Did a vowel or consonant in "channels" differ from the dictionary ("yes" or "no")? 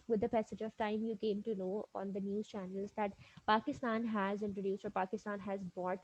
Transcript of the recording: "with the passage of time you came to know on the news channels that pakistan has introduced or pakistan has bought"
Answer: no